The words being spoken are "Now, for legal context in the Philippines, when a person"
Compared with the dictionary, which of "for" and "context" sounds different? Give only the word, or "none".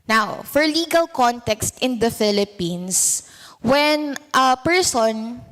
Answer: none